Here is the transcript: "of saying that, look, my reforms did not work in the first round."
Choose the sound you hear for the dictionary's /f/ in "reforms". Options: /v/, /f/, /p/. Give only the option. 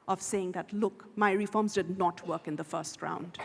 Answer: /f/